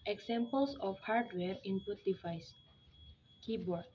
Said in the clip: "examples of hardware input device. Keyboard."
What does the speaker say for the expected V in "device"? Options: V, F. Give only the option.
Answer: F